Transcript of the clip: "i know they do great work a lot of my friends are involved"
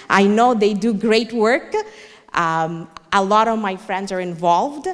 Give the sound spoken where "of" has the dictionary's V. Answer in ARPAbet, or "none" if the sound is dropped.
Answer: V